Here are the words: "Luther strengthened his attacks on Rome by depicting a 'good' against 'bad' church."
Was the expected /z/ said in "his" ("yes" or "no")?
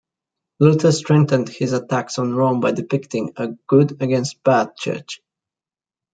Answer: yes